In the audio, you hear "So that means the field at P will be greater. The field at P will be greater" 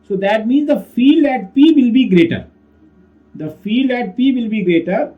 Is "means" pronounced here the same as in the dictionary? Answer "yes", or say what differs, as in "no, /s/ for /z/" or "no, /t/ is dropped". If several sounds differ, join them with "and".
yes